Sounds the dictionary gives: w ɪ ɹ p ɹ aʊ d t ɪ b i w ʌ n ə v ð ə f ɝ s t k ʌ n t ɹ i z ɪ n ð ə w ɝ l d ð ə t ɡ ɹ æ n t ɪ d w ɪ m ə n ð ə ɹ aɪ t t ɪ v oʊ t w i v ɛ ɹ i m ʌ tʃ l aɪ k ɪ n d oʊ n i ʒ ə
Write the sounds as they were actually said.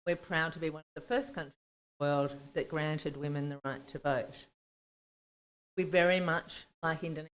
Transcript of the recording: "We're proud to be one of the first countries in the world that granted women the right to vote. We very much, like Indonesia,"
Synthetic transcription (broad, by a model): w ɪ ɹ p ɹ aʊ d t ɪ b i w ʌ n ə v ð ə f ɝ s k ʌ n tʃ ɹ i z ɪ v ð ə w ɝ l d ð ə t ɡ ɹ æ n t ɪ d w ɪ m ə n ð ə ɹ aɪ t t ɪ v oʊ t w i v ɛ ɹ i m ʌ tʃ l aɪ k ɪ n d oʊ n